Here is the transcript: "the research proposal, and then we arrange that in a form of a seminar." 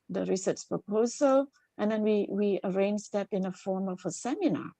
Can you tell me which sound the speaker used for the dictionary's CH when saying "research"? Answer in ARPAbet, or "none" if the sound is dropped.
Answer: S